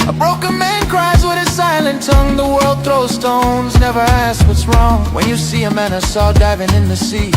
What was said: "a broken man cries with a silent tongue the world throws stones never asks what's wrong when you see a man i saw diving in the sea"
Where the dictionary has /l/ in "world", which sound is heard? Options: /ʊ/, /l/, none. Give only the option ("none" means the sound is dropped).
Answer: /l/